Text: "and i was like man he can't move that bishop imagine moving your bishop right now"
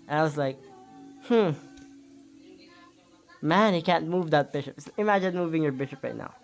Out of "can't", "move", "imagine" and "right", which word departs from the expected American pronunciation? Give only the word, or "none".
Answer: none